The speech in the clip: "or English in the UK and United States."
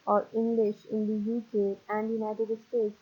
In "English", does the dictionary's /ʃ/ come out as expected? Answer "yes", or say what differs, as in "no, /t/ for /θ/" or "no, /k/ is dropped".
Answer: yes